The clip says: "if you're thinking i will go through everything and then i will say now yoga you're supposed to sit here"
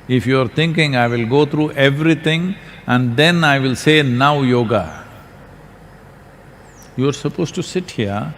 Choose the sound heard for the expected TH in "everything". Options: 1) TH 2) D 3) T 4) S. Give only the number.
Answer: 3